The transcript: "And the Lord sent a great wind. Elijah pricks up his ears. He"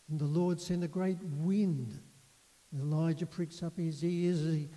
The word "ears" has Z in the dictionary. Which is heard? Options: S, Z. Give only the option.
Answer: Z